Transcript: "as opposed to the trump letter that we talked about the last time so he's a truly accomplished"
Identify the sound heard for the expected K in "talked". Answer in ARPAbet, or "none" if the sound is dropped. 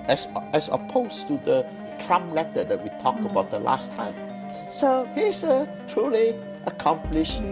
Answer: K